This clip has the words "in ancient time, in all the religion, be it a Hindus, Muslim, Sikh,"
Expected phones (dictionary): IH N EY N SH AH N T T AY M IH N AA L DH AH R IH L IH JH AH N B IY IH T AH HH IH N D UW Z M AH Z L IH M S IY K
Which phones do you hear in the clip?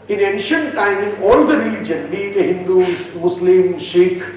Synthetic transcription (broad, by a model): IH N EY N SH AH N T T AY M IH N AA L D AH R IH L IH JH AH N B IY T AH HH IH N D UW S M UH S L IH M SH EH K